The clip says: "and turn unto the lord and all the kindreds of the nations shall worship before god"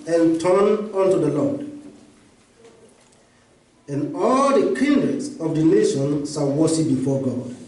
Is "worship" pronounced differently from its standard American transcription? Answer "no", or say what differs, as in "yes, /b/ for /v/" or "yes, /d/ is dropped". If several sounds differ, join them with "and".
yes, /s/ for /ʃ/